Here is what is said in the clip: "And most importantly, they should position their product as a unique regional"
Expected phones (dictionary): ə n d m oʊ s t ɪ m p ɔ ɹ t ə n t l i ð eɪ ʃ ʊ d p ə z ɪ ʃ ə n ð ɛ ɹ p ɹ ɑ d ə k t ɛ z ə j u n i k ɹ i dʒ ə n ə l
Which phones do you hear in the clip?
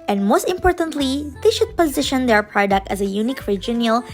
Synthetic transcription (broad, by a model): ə n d m oʊ s t ɪ m p ɔ ɹ t ə n t l i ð eɪ ʃ ʊ d p ə z ɪ ʃ ə n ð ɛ ɹ p ɹ ɑ d ə k t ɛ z ə j u n i k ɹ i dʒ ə n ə l